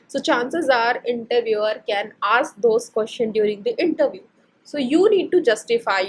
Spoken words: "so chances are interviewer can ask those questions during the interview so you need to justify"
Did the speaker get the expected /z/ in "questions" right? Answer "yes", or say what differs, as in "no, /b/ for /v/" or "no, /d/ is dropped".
no, /z/ is dropped